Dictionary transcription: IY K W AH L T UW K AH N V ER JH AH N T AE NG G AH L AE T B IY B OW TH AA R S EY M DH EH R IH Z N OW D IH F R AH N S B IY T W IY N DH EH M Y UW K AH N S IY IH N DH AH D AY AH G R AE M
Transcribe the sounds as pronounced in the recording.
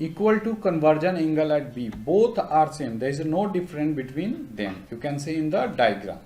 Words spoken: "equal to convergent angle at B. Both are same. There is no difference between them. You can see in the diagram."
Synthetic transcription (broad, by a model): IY K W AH L T UW K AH N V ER JH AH N IH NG G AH L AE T B IY B OW T AA R S EY M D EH R IH Z N OW D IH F R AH N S B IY T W IY N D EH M Y UW K AH N S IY IH N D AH D AY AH G R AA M